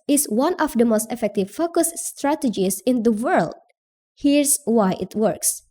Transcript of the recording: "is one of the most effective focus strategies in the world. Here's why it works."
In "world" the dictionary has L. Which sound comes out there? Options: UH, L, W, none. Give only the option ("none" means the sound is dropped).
L